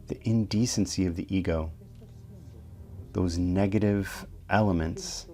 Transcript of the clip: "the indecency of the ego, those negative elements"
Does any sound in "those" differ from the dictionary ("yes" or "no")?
no